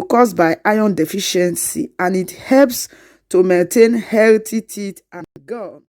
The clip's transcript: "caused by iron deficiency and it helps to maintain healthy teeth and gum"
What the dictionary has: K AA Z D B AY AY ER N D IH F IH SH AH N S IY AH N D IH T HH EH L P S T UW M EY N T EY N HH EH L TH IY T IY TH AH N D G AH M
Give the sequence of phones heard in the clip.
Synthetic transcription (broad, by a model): K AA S B AY AY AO N D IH F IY SH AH N S IY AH N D IH T HH EH L P S T UW M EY N T EY N HH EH L T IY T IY T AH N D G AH